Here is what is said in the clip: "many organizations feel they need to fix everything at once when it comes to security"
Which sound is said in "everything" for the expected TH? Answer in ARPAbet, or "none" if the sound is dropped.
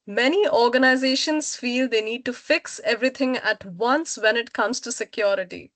T